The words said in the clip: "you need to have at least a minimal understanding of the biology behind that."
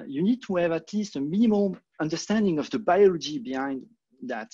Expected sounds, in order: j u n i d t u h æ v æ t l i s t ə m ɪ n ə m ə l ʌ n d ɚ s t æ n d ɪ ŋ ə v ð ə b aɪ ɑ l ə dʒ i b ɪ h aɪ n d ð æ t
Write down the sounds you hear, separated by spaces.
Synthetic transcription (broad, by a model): j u n i d t u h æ v æ t l i s t ə m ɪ n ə m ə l ʌ n d ɚ s t æ n d ɪ ŋ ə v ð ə b aɪ ɑ l ə dʒ i b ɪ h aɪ n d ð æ t